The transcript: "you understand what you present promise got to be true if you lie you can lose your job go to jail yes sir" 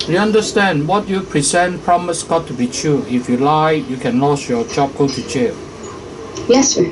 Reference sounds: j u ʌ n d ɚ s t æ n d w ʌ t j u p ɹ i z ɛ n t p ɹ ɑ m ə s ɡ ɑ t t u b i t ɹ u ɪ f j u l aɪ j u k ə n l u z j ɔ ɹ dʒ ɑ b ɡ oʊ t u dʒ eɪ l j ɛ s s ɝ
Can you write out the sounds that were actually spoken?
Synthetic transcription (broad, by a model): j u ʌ n d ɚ s t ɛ n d w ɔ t j u p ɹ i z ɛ n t p ɹ ɑ m ə s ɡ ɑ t t u b i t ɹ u ɪ f j u l aɪ j u k ə n l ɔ s j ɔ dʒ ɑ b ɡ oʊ t u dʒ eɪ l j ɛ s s